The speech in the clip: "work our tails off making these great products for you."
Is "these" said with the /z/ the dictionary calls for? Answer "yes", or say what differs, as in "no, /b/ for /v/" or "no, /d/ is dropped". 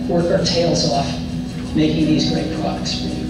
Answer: yes